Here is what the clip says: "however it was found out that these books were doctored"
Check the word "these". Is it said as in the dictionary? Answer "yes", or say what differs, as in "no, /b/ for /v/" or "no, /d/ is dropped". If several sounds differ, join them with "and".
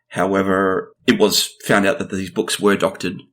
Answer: yes